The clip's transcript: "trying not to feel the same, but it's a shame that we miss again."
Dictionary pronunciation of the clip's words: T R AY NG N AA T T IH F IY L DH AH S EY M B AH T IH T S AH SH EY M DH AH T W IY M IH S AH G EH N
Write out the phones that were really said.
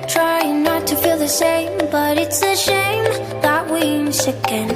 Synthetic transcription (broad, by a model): T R AY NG N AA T T IH F IY L DH AH SH EY M B AH T IH T S AH SH EY M DH AH T W IY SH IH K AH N